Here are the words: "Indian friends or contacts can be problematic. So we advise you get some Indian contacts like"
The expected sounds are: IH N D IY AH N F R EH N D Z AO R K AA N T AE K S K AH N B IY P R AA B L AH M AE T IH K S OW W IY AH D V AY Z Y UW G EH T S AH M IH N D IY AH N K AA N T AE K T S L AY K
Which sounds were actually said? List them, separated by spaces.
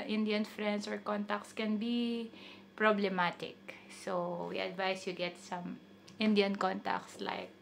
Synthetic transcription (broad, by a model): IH N D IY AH N F R EH N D S AO R K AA N T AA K S K AH N B IY P R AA B L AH M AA T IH K S OW W IY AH D V AY S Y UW G EH T S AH M IH N D IY AH N K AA N T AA K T S L AY K